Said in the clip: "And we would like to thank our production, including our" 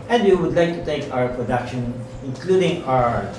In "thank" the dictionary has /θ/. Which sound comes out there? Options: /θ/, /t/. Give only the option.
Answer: /t/